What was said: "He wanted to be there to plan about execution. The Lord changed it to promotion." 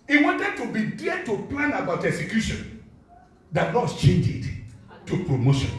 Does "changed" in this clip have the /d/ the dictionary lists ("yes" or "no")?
no